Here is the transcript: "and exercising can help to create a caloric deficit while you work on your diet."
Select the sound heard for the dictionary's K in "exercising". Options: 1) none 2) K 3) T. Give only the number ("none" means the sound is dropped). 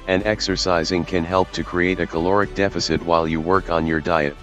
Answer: 2